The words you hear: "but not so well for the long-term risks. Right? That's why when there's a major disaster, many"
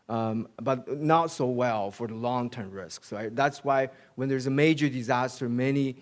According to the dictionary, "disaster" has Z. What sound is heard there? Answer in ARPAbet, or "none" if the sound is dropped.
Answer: Z